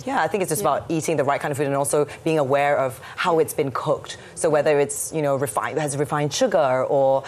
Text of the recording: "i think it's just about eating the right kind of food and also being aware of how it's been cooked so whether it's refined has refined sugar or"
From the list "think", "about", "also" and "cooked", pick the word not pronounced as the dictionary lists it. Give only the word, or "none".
none